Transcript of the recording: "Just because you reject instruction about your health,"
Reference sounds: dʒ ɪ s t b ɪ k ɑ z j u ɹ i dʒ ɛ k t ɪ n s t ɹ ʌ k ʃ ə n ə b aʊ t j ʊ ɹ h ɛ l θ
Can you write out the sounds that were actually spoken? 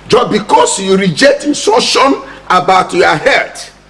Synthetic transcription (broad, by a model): dʒ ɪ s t b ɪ k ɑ s j u ɹ i dʒ ɛ k t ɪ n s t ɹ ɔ ʃ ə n ə b aʊ t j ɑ h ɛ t